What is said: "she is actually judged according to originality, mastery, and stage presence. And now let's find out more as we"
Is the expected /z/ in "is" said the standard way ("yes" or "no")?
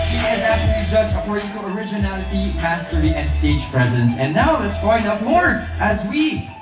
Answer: yes